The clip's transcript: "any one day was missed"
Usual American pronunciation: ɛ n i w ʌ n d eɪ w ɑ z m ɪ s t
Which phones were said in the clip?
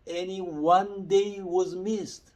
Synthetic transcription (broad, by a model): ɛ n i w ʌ n d eɪ w ɑ z m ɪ s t